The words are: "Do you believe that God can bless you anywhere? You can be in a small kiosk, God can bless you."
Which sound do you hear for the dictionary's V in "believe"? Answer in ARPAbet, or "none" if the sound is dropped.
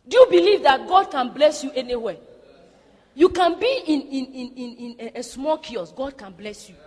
V